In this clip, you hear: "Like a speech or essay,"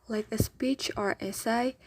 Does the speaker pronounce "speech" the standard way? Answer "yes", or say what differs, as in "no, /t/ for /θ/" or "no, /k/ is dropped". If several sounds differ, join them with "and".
yes